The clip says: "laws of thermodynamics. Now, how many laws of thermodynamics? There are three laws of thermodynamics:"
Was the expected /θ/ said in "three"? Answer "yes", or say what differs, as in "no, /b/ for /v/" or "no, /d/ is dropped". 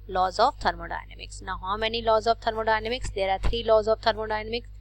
no, /t/ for /θ/